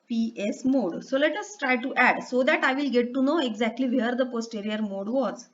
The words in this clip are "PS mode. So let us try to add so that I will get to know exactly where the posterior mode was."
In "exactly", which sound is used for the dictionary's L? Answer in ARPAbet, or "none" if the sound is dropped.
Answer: L